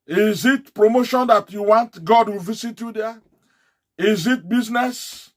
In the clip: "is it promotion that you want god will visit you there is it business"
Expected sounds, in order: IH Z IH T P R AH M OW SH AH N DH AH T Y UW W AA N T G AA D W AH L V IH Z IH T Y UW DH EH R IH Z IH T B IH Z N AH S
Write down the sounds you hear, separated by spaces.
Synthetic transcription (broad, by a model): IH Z IH T P R AH M OW SH AH N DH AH T Y UW W AA N T G AA D W AH L V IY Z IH T Y UW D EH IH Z IH T B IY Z N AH S